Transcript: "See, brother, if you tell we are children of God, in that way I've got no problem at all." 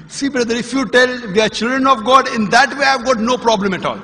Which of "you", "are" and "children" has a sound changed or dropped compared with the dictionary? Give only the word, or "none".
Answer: none